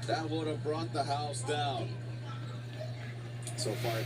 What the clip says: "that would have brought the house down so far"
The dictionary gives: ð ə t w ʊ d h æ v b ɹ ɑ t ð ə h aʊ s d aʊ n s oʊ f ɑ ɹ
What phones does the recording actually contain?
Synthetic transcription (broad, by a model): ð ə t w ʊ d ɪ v b ɹ ɑ t ð ə h aʊ s d aʊ n s oʊ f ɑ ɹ